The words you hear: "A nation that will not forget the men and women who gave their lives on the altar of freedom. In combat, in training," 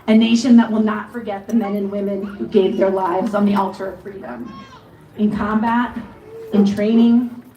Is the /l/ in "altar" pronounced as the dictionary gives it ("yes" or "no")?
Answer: yes